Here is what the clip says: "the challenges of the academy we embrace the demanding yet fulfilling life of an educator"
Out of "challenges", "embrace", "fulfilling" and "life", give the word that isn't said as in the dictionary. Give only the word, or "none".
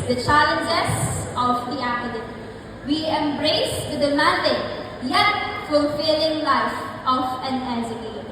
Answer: challenges